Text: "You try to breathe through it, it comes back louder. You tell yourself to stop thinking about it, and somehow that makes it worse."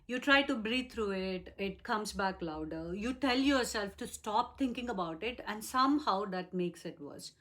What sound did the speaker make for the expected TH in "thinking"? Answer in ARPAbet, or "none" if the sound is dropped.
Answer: T